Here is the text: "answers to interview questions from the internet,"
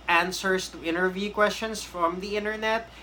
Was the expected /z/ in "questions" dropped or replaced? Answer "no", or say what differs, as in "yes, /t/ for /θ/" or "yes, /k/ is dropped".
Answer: yes, /s/ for /z/